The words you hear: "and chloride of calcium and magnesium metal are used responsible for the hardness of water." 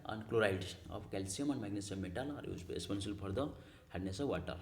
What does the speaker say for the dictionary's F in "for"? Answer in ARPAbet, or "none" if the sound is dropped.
P